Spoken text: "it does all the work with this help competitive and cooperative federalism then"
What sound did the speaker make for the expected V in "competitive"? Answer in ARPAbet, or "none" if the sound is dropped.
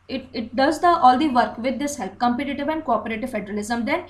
V